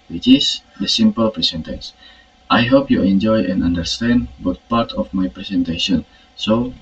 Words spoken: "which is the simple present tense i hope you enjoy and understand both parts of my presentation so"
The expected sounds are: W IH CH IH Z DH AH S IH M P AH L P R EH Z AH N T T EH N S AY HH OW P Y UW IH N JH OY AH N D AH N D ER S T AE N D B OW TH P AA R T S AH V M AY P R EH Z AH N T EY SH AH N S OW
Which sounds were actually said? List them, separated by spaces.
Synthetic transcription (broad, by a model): W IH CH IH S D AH S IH M P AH L P R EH S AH N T T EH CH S AY HH OW P Y UW IH N JH OY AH N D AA N D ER S T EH N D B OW T P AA R T AH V M AY P R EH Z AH N T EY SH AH N S OW